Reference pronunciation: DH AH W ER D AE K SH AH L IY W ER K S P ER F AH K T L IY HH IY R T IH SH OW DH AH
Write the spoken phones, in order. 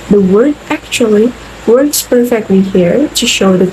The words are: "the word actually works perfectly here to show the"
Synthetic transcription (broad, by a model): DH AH W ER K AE K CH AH L IY W ER K S P ER F AH K T L IY HH IY R T IH SH OW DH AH